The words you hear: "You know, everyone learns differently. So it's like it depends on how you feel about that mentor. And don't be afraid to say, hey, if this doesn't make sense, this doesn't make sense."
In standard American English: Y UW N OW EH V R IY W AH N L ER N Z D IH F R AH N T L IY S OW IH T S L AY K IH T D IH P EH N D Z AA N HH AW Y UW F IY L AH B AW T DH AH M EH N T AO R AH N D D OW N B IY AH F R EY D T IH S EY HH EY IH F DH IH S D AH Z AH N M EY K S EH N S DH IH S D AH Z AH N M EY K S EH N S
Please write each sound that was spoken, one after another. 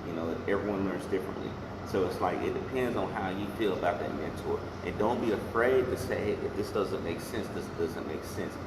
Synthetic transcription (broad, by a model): Y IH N OW EH V R IY W AH N L ER N Z D IH F R AH N T L IY S OW IH T S L AY K IH T D IH P EH N D Z N HH AW Y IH F IY L AH B AW T DH AH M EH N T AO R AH N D D OW N B IY AH F R EY D T IH S EY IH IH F DH IH S D AH Z AH N M EY K S EH N S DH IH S D AH Z AH N M EY K S EH N S